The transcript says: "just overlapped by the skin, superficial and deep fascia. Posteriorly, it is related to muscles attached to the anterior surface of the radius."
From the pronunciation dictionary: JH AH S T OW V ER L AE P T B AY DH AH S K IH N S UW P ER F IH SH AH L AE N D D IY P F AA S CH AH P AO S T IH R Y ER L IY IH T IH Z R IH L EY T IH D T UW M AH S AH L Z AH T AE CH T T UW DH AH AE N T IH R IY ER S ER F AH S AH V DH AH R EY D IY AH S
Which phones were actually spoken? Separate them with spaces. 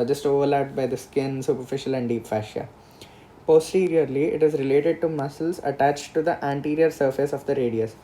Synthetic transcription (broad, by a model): JH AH S T OW V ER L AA T B AY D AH S K IH N S UW P ER F IH SH AH L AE N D D IY P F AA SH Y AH P AO S T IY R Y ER L IY IH T IH Z R IH L EY T IH D T UW M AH S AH L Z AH T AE CH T T UW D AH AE N T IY R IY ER S ER F AH S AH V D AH R EY D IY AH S